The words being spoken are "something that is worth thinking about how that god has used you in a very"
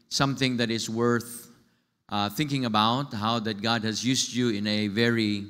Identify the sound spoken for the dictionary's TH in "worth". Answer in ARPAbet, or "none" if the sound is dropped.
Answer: TH